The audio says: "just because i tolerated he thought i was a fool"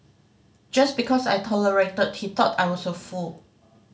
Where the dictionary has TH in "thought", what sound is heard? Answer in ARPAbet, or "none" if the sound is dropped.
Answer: T